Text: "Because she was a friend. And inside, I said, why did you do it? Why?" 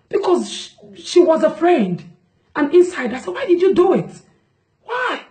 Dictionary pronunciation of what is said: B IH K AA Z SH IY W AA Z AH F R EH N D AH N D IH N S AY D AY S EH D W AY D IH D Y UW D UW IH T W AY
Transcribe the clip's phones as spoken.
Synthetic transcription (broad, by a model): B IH K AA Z SH IY W AA Z AH F R EH N D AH N IH N S AY D AY S EH D W AY D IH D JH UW D UW IH T W AY